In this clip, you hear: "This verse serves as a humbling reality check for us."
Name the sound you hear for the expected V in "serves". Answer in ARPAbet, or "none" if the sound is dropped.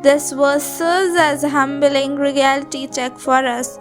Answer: none